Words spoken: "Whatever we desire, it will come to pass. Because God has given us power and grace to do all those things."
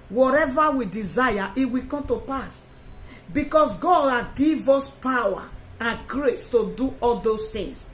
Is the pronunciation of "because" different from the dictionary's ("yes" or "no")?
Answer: yes